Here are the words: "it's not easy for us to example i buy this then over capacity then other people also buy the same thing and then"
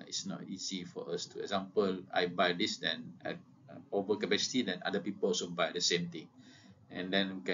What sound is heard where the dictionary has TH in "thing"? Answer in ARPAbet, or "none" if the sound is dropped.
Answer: T